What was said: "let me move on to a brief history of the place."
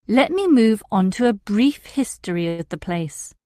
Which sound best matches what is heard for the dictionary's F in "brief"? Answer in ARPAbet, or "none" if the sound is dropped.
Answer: F